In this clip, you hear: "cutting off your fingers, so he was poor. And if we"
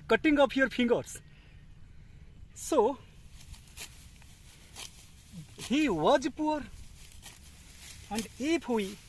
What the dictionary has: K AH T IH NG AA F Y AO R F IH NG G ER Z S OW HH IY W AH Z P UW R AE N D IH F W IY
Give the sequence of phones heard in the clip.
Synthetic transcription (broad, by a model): K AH T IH NG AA P Y AO R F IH NG G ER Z S OW HH IY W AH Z P UW R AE N D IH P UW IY